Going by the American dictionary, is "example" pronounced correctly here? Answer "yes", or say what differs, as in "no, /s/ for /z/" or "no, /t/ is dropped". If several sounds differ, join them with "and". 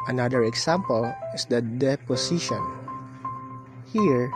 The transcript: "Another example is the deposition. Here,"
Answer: no, /s/ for /z/